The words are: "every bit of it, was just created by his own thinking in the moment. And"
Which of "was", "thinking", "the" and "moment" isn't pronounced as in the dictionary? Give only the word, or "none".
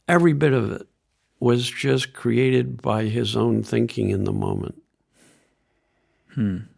none